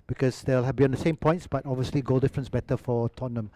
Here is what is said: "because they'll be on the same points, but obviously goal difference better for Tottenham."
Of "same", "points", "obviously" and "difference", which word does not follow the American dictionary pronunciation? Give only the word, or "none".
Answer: none